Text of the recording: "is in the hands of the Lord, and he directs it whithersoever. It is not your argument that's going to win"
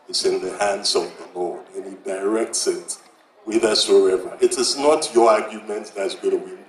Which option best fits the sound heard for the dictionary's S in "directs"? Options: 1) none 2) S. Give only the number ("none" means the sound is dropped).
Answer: 2